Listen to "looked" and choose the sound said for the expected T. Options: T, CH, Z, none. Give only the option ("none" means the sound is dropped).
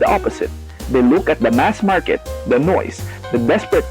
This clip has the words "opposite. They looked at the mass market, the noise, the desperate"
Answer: none